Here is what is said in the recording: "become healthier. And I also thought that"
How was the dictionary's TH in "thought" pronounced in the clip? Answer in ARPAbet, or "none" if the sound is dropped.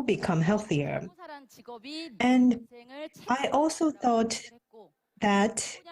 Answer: TH